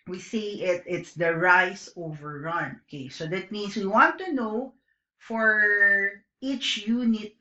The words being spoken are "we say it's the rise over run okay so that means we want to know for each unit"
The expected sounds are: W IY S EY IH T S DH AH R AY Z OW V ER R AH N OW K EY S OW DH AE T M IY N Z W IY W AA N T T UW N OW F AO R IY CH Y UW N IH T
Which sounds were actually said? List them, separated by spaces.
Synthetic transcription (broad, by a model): W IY S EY IH T S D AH R AY S OW V ER R AH N OW K EY S OW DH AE T M IY N S W IY W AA N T T UW N OW F AO R IY CH Y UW N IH T